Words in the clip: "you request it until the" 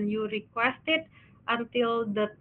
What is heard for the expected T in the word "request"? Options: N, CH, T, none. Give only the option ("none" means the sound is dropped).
T